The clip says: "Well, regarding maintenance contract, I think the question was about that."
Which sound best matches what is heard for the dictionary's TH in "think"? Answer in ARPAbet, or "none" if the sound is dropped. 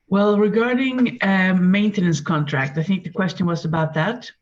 TH